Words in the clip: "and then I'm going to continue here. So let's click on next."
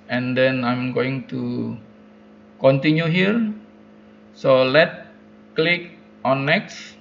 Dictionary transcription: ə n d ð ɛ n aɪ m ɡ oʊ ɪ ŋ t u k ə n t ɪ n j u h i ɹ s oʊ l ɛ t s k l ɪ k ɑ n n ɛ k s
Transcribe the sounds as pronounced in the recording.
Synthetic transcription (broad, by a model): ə n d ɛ n aɪ m ɡ oʊ ɪ ŋ t u k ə n t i n j u h i ɹ s oʊ l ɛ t k l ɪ k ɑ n n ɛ k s